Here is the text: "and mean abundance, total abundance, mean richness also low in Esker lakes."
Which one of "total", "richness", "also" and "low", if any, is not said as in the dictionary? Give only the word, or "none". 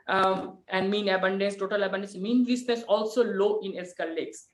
richness